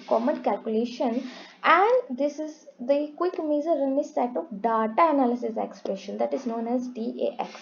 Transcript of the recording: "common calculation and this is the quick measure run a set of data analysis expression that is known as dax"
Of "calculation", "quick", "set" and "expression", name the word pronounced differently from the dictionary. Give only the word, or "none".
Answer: none